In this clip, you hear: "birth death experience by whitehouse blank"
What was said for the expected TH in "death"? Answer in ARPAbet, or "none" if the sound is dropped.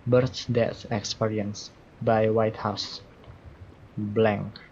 S